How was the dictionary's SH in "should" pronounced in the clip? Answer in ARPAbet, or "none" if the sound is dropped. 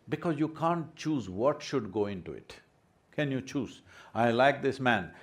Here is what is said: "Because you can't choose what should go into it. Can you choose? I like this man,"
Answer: SH